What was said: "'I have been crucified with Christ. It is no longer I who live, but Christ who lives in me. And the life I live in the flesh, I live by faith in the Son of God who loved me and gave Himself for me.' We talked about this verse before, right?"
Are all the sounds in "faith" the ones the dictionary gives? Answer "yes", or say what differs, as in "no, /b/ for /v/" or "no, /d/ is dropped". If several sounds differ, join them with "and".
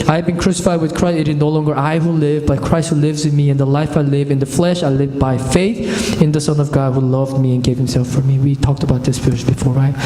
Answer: yes